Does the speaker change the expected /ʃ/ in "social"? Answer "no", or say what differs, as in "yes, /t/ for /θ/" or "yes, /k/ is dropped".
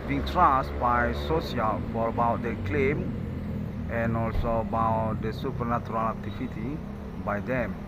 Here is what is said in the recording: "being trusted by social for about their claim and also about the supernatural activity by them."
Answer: yes, /s/ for /ʃ/